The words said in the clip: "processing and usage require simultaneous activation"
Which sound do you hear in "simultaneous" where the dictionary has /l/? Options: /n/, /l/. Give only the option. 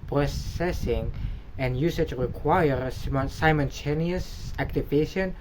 /n/